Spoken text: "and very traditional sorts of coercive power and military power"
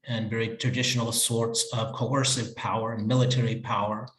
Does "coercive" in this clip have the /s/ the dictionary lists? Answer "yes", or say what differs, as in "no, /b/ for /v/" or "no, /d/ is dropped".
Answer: yes